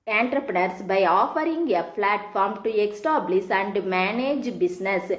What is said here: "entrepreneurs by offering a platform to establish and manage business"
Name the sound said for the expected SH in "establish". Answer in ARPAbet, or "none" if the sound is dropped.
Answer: S